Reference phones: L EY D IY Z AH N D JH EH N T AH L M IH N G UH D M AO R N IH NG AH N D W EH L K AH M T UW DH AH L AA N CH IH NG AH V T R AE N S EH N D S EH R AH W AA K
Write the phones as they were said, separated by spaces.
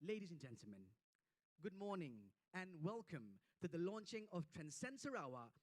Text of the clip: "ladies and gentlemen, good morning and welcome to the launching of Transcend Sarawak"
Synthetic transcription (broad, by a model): L EY D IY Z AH N JH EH N T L M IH N G UH D M AO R N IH NG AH N W EH L K AH M T UW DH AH L AA N CH IH NG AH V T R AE N S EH N S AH R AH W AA